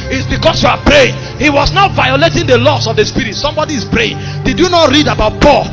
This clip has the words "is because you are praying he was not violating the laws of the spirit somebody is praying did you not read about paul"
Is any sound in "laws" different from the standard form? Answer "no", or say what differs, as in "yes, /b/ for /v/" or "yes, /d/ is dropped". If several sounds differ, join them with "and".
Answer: yes, /s/ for /z/